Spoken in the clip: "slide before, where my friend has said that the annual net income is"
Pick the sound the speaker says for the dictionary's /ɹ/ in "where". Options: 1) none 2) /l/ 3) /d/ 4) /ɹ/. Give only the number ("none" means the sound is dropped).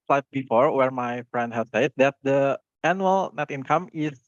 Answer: 4